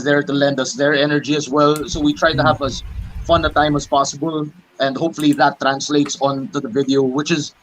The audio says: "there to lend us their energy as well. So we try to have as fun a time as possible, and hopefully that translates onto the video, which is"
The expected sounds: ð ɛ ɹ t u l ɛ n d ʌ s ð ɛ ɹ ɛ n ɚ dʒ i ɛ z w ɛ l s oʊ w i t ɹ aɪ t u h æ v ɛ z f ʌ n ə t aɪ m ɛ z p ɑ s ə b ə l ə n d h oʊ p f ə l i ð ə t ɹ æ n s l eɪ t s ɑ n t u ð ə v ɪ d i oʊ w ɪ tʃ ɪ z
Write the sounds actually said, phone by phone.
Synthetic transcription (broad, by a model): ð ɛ ɹ t u l ɛ n d ʌ s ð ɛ ɹ ɛ n ɚ dʒ i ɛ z w ɛ l s oʊ w i t ɹ aɪ t u h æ v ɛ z f ʌ n ə t aɪ m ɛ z p ɑ s ə b ə l ə n d h oʊ p f ə l i ð ə t ɹ æ n s l eɪ t s ɑ n t u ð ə v ɪ d i oʊ w ɪ tʃ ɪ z